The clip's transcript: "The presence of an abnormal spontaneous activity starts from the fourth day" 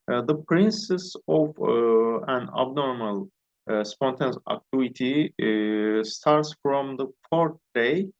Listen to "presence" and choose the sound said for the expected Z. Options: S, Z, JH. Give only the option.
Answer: S